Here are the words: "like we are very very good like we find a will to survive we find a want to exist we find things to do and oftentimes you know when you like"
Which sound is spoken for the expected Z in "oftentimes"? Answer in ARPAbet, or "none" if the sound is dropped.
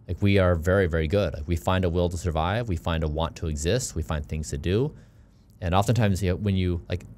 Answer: Z